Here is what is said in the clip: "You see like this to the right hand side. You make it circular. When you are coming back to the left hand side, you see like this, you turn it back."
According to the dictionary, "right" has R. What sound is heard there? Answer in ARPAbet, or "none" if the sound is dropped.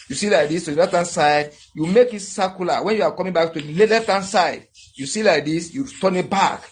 L